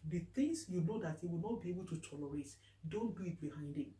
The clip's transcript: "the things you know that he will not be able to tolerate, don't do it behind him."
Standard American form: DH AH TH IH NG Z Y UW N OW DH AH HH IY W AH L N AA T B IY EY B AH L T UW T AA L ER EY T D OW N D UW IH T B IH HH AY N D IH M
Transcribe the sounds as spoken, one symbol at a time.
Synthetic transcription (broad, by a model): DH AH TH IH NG S Y UW N OW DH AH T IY W AH L N AA T B IY EY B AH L T UW T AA L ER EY T D OW N D UW IH T B IH HH AY N D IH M